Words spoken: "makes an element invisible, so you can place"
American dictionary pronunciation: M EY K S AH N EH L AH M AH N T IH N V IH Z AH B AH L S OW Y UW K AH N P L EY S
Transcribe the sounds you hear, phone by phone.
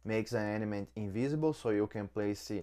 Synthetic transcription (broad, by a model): M EY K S AH N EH N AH M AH N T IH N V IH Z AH B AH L S OW Y UW K AH N P L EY S